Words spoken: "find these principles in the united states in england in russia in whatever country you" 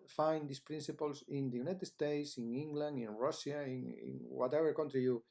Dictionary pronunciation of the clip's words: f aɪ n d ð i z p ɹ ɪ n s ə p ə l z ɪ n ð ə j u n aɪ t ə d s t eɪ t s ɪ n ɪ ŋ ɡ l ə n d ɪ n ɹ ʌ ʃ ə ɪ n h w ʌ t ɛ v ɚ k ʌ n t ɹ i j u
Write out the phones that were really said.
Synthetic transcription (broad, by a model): f aɪ n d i s p ɹ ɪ n s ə p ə l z ɪ n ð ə j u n aɪ t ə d s t eɪ t s ɪ n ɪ ŋ ɡ l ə n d ɪ n ɹ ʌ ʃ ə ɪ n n w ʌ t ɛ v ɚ k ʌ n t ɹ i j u